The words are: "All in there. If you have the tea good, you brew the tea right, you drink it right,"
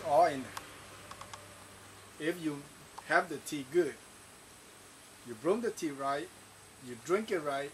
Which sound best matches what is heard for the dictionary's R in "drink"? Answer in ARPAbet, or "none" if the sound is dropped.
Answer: R